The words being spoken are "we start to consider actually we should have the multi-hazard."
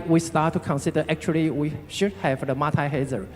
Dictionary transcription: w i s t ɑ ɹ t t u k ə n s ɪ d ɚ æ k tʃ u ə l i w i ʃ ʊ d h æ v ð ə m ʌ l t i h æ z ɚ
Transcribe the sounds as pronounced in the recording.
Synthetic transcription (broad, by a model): w i s t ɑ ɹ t t u k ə n s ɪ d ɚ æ k tʃ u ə l i w i ʃ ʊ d h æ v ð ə m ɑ t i h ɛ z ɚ